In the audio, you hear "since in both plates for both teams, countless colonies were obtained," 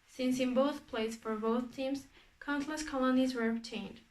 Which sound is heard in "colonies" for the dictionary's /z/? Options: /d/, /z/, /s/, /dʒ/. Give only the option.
/z/